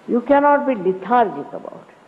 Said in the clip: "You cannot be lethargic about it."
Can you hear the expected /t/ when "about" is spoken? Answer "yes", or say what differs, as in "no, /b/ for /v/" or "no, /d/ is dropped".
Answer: yes